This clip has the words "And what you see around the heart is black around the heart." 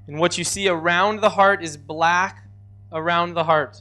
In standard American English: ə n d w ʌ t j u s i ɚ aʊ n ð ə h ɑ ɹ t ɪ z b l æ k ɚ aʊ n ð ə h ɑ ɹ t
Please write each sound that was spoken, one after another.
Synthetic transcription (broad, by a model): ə n w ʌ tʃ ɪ s i ɚ aʊ n ð ə h ɑ ɹ t ɪ z b l æ k ɚ aʊ n ð ə h ɑ ɹ t